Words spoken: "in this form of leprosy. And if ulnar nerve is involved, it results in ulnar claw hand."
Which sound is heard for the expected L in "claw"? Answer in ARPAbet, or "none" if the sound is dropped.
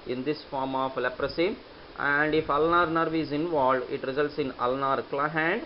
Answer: L